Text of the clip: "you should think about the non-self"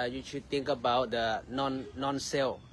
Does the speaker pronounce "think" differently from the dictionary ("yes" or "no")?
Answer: yes